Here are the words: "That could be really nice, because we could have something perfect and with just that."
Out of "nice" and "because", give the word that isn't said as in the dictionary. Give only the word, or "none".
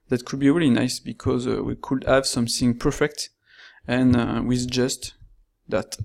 none